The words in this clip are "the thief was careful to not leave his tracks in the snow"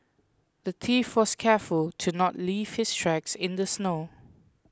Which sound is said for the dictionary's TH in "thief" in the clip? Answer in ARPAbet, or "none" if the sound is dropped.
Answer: T